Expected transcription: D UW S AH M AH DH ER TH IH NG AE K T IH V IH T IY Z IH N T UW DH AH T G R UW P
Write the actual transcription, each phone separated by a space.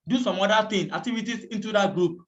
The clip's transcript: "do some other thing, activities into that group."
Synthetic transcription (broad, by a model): D UW S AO M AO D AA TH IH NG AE K T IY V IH T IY S IH N T UW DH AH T G R UW P